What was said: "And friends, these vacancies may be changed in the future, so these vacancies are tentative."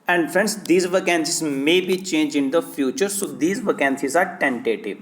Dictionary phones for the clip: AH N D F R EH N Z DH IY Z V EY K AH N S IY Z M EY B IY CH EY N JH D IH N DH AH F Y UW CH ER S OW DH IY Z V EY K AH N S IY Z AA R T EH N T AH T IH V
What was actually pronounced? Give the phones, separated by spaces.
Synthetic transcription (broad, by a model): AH N D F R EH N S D IY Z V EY K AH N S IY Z M EY B IY CH EY N JH IH N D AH F Y UW CH ER S OW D IY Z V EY K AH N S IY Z AA R T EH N T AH T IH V